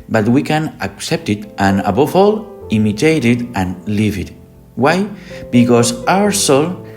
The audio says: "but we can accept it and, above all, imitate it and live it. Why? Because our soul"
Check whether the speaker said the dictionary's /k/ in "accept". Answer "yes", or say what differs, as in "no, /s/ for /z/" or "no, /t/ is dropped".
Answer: yes